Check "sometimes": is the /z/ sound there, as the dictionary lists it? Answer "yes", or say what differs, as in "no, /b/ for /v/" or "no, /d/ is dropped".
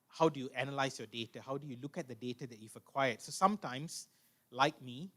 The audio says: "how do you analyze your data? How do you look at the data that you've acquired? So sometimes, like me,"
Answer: no, /s/ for /z/